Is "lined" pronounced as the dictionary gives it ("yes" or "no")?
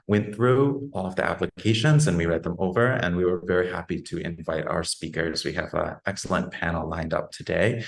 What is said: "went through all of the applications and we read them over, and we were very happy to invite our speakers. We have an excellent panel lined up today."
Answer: yes